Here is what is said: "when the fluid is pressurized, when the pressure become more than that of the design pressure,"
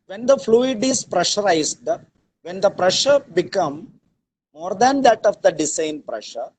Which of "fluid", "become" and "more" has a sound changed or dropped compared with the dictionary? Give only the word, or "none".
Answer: none